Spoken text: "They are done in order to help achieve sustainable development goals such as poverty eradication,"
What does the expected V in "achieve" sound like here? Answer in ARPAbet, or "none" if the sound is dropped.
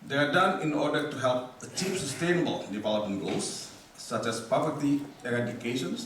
P